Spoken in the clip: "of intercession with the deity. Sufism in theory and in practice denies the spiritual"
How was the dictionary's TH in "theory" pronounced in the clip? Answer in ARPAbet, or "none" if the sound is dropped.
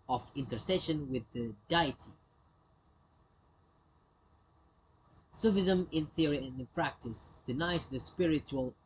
TH